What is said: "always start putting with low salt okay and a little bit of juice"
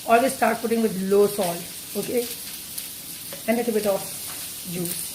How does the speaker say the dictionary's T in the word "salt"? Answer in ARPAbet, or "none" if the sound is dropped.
none